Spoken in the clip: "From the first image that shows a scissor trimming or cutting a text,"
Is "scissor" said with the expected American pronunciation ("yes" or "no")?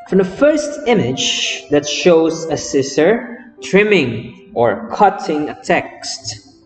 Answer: no